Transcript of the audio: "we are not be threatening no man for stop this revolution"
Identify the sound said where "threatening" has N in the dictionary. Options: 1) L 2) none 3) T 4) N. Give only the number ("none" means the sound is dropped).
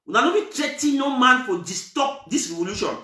2